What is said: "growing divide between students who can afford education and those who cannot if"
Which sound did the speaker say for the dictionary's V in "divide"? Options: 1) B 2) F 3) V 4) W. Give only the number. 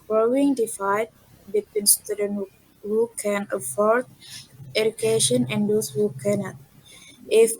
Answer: 2